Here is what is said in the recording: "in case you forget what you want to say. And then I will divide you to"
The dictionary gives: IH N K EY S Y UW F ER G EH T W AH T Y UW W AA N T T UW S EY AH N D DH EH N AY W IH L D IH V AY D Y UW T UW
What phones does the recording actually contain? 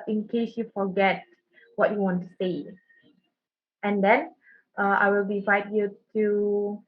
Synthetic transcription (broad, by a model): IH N K EY S Y UW F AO G EH T W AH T Y UW W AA N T T UW S EY AH N D EH N AY W IH L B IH F AY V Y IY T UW